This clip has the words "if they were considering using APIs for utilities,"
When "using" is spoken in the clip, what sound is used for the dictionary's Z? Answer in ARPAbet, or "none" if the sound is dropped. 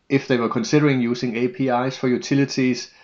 S